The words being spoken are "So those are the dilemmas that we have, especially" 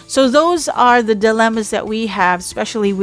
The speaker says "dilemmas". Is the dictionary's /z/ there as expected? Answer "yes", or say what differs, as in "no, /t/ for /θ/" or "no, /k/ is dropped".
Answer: yes